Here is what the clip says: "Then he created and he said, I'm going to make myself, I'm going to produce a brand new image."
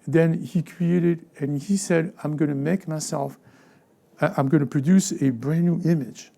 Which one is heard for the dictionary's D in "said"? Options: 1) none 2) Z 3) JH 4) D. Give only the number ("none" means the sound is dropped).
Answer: 4